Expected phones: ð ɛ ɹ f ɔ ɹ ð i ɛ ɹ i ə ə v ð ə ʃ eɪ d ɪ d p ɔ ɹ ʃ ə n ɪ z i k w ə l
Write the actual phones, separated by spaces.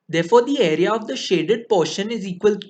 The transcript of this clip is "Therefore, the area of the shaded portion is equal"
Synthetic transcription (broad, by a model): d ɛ ɹ f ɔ ɹ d i ɛ ɹ i ə ə v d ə ʃ eɪ d ɪ d p ɔ ɹ ʃ ə n ɪ z i k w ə l